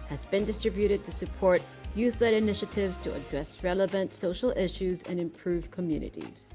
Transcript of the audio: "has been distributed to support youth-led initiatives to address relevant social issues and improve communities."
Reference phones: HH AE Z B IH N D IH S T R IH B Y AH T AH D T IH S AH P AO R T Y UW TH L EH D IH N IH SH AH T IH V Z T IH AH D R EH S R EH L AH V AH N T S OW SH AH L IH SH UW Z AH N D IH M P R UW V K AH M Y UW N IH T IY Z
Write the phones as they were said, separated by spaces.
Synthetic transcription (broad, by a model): HH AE Z B IH N D IH S T R IH B Y AH T AH D T IH S AH P AO R T Y UW TH L EH D IH N IH SH AH T IH V Z T IH AH D R EH S R EH L AH V AH N T S OW SH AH L IH SH UW Z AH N IH M P R UW V K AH M Y UW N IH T IY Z